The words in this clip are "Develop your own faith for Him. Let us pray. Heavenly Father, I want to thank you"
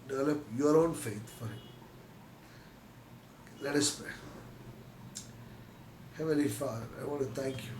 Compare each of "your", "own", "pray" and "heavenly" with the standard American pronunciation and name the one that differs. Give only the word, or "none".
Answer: heavenly